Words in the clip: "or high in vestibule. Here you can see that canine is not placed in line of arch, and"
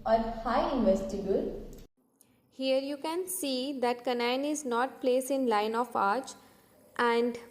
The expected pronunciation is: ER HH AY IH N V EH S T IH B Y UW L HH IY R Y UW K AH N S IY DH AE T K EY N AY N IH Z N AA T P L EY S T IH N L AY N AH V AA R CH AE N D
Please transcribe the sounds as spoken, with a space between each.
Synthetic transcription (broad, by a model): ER HH AY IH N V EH S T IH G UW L HH IY R Y UW K AH N S IY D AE T K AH N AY N IH Z N AA T P L EY S IH N L AY N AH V AA R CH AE N D